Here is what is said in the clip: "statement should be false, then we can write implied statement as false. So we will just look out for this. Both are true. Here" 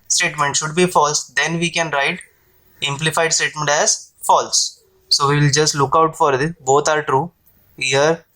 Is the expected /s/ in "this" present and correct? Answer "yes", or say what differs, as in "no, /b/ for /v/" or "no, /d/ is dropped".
no, /s/ is dropped